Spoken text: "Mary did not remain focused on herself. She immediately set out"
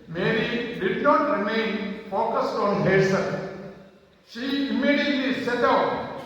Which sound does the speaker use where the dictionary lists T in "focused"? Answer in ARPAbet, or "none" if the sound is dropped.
T